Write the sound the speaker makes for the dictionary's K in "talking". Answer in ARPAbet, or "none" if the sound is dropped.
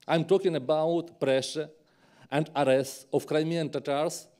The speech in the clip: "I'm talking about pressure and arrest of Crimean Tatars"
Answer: K